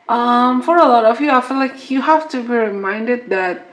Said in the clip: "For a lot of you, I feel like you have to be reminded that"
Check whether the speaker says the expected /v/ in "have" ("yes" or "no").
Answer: no